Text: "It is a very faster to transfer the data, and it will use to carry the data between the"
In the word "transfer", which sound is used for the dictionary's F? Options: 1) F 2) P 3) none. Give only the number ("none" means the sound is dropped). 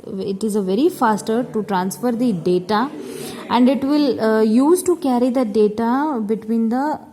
1